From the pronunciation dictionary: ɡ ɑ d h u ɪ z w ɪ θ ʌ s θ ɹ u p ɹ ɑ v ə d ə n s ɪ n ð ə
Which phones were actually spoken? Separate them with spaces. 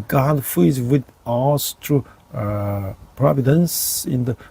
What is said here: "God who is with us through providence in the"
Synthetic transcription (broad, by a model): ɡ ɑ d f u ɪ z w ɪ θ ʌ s t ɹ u p ɹ ɑ v ə d ə n s ɪ n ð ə